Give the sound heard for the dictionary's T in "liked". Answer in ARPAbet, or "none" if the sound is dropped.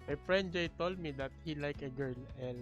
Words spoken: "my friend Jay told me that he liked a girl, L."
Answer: none